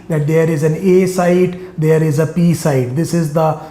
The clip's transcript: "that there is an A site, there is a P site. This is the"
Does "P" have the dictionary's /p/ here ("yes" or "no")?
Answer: yes